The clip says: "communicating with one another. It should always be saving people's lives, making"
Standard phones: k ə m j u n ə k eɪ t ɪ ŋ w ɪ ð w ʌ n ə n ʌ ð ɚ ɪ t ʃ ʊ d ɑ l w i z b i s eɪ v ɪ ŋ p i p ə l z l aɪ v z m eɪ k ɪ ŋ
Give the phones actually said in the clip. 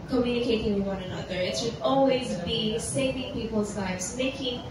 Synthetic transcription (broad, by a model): k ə m j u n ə k eɪ t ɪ ŋ w ɪ ð w ʌ n ə n ʌ ð ɚ ɪ t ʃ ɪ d ɑ l w i z b i s eɪ v ɪ ŋ p i p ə l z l aɪ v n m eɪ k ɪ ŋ